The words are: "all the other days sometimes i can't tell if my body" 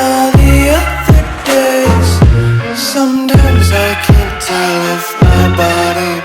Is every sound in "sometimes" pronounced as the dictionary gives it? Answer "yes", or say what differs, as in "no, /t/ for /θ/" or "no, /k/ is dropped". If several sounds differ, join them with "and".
yes